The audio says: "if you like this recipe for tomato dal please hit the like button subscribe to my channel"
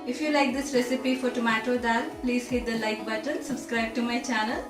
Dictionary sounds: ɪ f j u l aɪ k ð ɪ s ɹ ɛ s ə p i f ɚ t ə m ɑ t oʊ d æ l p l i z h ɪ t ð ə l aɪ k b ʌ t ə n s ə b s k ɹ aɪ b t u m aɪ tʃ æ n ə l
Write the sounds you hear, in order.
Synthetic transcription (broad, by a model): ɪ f j u l aɪ k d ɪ s ɹ ɛ s ə p i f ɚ t ə m ɑ t oʊ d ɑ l p l i z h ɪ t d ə l aɪ k b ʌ t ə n s ə b s k ɹ aɪ b t u m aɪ tʃ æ n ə l